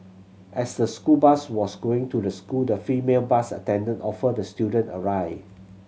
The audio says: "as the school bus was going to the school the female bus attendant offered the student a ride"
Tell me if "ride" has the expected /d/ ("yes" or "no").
no